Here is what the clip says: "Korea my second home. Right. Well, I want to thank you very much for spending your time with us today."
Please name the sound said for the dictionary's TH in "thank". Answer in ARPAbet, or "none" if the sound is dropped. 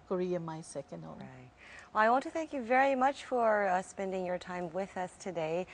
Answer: TH